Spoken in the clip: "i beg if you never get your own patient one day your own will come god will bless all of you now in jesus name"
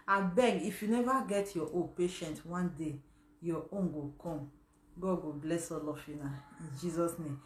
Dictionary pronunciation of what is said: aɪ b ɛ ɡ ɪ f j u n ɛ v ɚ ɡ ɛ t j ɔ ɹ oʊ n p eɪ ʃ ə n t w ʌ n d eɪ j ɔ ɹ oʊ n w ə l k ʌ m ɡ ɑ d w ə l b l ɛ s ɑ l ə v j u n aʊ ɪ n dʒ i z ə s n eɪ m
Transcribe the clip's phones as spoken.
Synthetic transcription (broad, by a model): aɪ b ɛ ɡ ɪ f j u n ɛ v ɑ ɡ ɛ t j ɔ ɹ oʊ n p eɪ ʃ ə n t w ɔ n d eɪ j ɔ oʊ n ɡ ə k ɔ m ɡ ɑ d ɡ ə b l ɛ s ɑ l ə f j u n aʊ ɪ n dʒ i z ə s n eɪ m